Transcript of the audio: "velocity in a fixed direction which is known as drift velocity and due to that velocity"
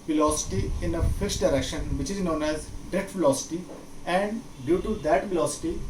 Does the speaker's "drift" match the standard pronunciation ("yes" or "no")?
no